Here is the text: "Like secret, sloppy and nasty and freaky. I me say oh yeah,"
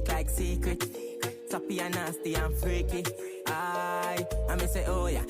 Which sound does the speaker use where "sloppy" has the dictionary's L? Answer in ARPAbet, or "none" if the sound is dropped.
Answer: none